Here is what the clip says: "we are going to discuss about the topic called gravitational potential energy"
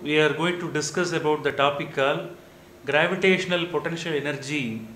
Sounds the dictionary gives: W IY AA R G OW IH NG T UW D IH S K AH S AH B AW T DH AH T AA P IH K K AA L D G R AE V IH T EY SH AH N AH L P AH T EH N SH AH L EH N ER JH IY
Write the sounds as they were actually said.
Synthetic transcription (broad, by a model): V IY AA R G OW IH NG T UW D IH S K AH S AH B AW T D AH T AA P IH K K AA L G R AE V IH T EY SH AH N AH L P AH T EH N SH AH L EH N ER JH IY